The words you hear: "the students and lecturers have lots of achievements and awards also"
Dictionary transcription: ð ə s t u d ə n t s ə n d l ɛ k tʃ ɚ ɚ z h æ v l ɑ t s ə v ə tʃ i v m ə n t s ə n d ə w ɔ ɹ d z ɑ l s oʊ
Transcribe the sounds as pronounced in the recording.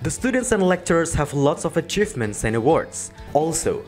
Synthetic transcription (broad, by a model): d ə s t u d ə n t s ə n d l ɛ k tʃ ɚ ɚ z h æ v l ɑ t s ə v ə tʃ i v m ə n t s ə n d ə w ɔ ɹ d s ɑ l s oʊ